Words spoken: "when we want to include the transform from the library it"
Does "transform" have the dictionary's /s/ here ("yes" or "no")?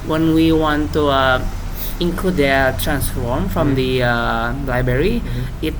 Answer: yes